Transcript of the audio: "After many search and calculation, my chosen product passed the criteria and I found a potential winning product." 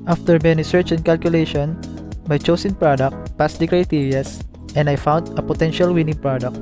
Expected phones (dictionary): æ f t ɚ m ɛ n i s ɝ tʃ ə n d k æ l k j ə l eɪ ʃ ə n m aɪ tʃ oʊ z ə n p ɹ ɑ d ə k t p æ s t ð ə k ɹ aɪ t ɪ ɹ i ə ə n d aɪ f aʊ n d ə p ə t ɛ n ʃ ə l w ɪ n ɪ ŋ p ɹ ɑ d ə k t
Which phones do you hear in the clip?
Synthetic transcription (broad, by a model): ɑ f t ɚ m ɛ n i s ɝ tʃ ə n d k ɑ l k j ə l eɪ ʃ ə n m aɪ tʃ oʊ s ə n p ɹ ɑ d ə k t p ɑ s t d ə k ɹ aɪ t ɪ ɹ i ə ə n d aɪ f aʊ n d ə p ə t ɛ n ʃ ə l w ɪ n ɪ ŋ p ɹ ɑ d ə k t